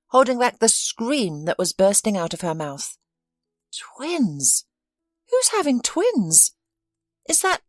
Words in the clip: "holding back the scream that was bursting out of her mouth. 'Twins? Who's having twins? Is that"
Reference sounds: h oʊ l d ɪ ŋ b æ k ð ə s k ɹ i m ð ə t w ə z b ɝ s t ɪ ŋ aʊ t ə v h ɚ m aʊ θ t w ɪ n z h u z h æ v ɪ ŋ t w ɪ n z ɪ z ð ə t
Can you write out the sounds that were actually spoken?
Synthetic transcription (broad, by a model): h oʊ l d ɪ ŋ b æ k ð ə s k ɹ i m ð ə t w ə z b ɝ s t ɪ ŋ aʊ t ə v ɚ m aʊ θ t w ɪ n z h u z h æ v ɪ ŋ t w ɪ n z ɪ z ð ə t